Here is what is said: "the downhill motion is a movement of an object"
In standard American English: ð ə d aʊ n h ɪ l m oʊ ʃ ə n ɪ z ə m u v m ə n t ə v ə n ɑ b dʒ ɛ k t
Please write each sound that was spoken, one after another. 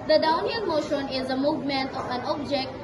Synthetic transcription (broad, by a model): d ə d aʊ n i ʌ n m oʊ ʃ ə n ɪ z ə m u v m ə n t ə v ə n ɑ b dʒ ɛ k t